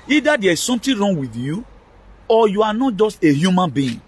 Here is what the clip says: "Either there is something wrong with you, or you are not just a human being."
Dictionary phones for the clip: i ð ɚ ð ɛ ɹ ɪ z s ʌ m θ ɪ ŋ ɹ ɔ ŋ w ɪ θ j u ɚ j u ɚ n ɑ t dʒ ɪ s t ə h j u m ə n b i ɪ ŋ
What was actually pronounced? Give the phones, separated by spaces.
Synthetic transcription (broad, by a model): i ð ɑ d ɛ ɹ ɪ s s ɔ m t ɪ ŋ ɹ ɔ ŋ w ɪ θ j u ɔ j u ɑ n ɑ t dʒ ɪ s t ə h j u m ə n b i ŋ